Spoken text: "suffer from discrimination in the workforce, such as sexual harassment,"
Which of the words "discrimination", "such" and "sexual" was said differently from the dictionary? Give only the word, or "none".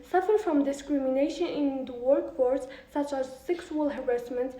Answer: sexual